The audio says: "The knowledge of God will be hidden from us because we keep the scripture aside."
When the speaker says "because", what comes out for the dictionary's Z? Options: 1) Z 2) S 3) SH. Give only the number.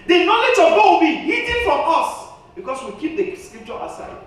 2